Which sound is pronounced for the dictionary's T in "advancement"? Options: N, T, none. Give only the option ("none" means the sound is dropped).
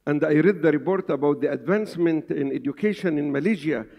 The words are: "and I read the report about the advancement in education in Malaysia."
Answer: T